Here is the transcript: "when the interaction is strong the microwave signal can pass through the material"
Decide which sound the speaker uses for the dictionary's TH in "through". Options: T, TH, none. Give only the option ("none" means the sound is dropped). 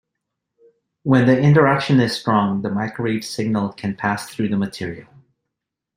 TH